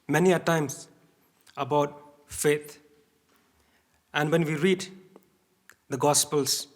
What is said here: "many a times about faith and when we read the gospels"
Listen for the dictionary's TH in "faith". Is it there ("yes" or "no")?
no